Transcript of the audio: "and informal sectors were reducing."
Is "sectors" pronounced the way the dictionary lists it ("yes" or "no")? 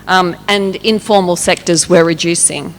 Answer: yes